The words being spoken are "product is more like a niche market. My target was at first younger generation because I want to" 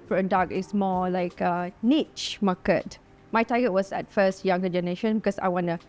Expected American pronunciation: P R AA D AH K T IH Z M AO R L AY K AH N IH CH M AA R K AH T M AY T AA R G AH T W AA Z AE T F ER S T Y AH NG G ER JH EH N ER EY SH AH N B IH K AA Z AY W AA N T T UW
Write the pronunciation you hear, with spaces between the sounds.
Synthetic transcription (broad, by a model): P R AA D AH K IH S M AO L AY K AH N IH CH M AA K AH T M AY T AA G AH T W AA S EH T F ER S T Y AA NG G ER JH EH N ER EY SH AH N B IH K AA S AY W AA N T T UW